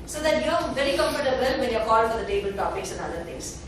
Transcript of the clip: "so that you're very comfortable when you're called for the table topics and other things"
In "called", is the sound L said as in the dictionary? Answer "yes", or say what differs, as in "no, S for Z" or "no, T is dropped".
no, L is dropped